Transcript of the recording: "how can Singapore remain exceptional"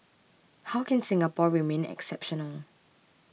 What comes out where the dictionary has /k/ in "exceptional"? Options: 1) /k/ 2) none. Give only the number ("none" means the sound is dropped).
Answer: 1